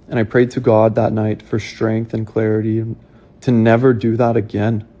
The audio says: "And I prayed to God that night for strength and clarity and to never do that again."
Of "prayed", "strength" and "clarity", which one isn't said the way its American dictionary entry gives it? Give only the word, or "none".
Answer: none